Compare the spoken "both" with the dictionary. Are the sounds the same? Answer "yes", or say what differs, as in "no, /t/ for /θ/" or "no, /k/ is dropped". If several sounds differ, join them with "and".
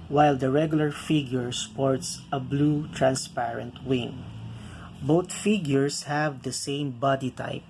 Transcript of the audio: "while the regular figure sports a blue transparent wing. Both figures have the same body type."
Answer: no, /t/ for /θ/